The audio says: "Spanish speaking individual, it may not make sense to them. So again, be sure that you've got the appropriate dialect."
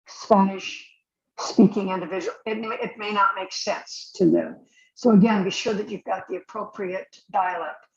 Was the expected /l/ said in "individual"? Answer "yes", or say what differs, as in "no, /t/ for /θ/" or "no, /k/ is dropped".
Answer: no, /n/ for /l/